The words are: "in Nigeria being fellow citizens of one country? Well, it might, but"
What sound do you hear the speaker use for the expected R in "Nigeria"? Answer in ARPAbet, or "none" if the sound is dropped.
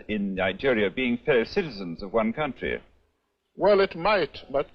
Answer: R